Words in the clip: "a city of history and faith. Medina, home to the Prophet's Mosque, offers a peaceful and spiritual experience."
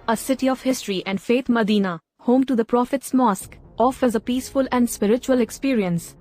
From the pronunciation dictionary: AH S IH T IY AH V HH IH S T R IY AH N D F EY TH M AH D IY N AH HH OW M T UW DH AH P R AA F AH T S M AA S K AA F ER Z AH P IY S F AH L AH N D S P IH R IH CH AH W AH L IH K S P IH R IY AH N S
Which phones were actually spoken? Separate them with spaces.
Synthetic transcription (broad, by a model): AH S IH T IY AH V HH IH S T R IY AH N D F EY T M AH D IY N AH HH OW M T UW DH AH P R AA F AH T S M AA S K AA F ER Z AH P IY S F AH L AH N D S P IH R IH CH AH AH L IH K S P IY R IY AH N S